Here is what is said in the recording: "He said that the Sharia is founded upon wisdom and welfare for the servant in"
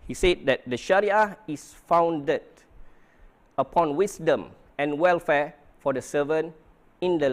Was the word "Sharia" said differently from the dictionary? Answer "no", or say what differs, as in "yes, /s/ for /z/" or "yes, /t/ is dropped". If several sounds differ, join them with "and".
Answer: no